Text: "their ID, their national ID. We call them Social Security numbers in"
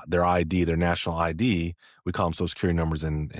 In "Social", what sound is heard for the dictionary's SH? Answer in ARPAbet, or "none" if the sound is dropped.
none